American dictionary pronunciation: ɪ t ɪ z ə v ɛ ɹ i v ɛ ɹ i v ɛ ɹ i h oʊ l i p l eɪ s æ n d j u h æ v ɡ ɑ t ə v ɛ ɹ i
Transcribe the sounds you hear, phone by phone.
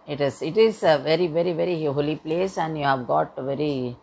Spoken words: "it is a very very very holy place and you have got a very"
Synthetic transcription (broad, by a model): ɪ t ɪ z ə v ɛ ɹ i v ɛ ɹ i v ɛ ɹ i h oʊ l i p l eɪ s æ n d j u h æ v ɡ ɑ t ə v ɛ ɹ i